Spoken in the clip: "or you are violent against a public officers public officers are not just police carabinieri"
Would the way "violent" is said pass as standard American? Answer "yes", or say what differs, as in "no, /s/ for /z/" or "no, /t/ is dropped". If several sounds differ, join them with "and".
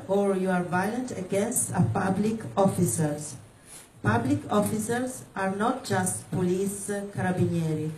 yes